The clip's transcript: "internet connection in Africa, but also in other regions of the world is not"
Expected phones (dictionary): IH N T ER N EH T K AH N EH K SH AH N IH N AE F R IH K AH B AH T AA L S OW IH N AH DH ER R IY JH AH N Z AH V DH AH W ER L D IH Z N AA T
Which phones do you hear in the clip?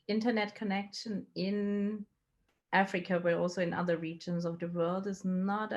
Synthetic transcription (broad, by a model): IH N T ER N EH T K AH N EH K SH AH N IH N AE F R IH K AH B AH T AA L S OW IH N AH DH ER R IY JH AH N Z AH V DH AH W ER L D IH Z N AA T